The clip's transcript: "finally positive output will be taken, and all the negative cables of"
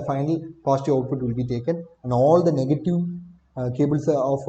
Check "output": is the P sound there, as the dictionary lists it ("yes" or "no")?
no